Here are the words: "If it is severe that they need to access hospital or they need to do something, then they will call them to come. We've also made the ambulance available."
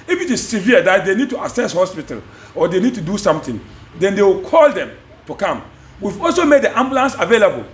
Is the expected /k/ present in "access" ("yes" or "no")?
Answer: no